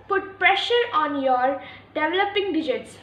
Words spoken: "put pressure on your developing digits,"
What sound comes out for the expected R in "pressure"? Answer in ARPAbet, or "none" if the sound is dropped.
R